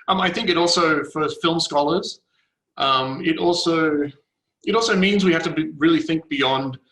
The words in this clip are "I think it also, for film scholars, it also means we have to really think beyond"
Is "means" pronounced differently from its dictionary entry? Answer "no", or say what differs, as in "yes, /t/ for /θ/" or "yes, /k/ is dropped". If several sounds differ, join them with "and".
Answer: no